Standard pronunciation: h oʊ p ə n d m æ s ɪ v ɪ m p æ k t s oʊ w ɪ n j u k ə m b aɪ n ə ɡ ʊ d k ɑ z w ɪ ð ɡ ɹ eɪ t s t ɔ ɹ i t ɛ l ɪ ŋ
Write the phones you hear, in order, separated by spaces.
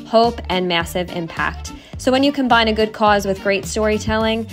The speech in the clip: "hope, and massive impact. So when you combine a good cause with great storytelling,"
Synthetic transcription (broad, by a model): h oʊ p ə n m æ s ɪ v ɪ m p æ k t s oʊ w ɪ n j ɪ k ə m b aɪ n ə ɡ ʊ d k ɑ z w ɪ ð ɡ ɹ eɪ t s t ɔ ɹ i t ɛ l ɪ ŋ